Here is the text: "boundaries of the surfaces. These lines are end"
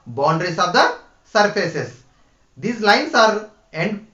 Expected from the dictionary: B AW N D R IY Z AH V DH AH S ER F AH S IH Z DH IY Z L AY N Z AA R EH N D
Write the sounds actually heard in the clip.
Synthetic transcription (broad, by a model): B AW N D R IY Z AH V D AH S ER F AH S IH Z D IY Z L AY N S AA R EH N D